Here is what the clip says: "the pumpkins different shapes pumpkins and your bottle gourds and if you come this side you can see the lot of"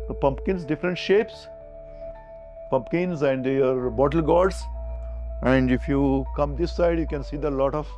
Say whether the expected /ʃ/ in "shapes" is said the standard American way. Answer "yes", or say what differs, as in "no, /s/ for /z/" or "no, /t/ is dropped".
yes